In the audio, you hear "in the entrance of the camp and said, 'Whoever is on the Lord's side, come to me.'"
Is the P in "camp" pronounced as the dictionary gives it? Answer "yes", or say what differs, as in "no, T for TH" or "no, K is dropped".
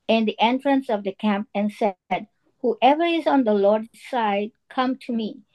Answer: yes